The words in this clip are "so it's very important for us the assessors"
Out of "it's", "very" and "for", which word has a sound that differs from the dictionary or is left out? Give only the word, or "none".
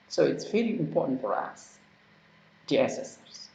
very